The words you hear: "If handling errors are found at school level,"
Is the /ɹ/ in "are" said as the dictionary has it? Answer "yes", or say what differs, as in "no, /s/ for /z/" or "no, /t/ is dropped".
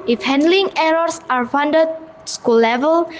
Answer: yes